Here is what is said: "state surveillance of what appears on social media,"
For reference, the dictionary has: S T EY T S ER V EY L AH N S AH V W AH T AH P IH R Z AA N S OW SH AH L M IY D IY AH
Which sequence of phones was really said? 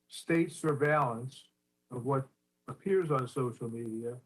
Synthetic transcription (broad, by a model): S T EY T S ER V EY L AH N S AH V W AH T AH P IH R Z N S OW SH L M IY D IY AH